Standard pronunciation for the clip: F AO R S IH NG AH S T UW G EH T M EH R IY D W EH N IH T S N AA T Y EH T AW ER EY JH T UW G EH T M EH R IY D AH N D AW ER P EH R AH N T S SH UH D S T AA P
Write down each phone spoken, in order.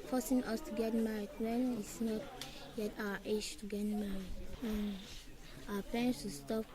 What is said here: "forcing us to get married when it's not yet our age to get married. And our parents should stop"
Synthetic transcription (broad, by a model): F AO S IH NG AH S T UW G EH T M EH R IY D W EH N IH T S N AA T Y EH T AW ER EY SH T UW G EH T M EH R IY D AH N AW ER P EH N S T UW S T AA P